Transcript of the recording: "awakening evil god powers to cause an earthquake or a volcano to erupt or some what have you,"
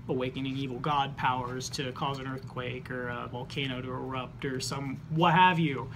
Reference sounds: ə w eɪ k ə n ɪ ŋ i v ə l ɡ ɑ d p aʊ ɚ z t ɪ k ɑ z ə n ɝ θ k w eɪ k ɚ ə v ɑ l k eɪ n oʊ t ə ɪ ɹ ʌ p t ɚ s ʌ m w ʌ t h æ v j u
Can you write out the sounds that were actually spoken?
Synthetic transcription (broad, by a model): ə w eɪ k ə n ɪ ŋ i v l ɡ ɑ d p aʊ ɚ z t ɪ k ɑ z ə n ɝ θ k w eɪ k ɚ ə v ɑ l k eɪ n oʊ t ə ɪ ɹ ʌ p t ɚ s ʌ m w ʌ t h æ v j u